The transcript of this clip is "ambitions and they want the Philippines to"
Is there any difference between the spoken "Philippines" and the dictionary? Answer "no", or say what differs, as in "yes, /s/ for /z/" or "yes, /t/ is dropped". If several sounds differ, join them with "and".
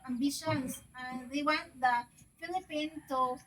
yes, /z/ is dropped